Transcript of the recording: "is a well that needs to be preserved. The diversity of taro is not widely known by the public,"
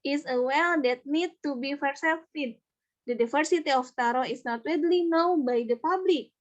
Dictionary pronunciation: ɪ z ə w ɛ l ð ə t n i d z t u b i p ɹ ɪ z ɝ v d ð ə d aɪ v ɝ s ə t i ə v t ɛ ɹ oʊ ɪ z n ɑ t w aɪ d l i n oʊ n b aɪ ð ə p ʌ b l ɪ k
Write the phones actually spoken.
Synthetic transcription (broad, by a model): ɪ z ə w ɛ l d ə t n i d t u b i f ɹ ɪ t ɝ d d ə d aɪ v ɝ s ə t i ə f t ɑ ɹ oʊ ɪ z n ɑ t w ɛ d l i n oʊ n b aɪ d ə p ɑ b l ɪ k